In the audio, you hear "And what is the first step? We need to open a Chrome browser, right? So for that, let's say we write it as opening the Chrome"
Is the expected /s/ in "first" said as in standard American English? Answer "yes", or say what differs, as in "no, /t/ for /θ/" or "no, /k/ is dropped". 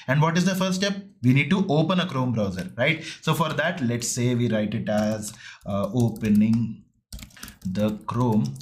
no, /s/ is dropped